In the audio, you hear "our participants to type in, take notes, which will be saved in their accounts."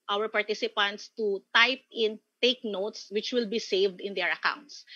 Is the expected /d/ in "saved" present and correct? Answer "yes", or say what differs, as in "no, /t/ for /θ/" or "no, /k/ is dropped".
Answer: yes